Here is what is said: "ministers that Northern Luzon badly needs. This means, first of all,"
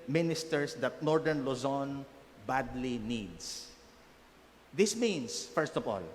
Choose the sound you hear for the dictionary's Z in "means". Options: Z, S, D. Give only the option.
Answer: S